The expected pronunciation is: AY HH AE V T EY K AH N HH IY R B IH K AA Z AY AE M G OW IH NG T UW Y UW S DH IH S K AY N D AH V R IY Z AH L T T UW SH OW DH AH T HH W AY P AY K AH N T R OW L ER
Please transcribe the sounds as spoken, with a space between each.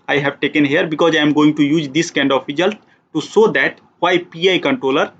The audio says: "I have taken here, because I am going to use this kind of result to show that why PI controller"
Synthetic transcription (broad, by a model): AY HH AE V T EY K AH N HH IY R B IH K AA Z AY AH M G OW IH NG T UW Y UW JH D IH S K AY N D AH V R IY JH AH L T T UW S OW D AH T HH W AY P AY K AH N T R OW L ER